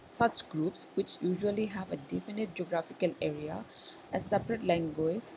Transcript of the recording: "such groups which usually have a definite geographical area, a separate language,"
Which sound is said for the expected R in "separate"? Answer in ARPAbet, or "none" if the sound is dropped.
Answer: R